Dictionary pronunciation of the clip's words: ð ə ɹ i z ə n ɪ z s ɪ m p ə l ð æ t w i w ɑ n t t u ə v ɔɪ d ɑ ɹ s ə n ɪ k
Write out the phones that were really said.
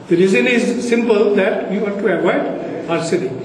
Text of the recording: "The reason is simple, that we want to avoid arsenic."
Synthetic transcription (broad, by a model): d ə ɹ i z ə n ɪ z s ɪ m p ə l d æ t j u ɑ t t u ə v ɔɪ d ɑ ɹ s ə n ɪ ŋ